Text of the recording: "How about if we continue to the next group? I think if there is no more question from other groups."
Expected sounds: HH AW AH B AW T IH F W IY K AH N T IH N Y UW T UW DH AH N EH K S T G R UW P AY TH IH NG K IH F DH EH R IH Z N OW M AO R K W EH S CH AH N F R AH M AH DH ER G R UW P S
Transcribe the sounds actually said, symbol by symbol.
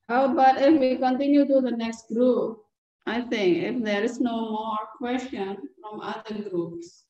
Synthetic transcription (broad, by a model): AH B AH T IH F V IY K AH N T IH N Y UW T UW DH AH N EH K S T G R UW P AY T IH NG K IH F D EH R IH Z N OW M AO R K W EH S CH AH N F R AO M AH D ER G R UW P S